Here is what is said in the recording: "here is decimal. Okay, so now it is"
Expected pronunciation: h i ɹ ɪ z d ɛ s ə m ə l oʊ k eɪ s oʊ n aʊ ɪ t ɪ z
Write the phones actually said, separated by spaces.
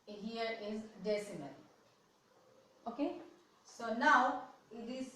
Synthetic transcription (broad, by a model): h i ɹ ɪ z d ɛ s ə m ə n oʊ k eɪ s oʊ n aʊ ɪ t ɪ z